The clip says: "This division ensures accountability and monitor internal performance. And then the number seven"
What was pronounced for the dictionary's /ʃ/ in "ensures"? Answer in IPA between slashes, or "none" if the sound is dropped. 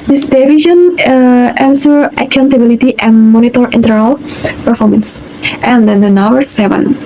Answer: /s/